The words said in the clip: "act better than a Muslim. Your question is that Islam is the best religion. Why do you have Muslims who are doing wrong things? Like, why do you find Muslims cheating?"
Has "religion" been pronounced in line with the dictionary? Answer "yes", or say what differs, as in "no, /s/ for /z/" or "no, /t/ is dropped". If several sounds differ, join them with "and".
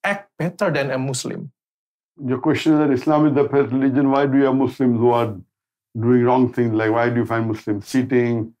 yes